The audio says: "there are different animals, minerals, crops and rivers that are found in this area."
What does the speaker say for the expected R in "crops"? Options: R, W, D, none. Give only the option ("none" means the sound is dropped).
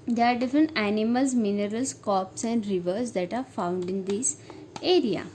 none